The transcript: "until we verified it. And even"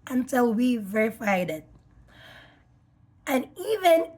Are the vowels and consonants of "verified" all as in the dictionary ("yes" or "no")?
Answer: yes